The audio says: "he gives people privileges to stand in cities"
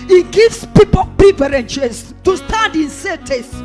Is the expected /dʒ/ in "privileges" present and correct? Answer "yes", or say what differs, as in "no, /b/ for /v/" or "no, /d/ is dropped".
no, /ʃ/ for /dʒ/